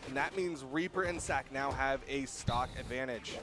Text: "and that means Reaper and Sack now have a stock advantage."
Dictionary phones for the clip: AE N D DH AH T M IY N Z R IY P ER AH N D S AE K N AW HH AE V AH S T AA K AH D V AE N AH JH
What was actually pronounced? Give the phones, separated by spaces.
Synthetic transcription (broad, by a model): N DH AH T M IY N Z R IY P ER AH N S AE K N AW HH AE V AH S T AA K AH D V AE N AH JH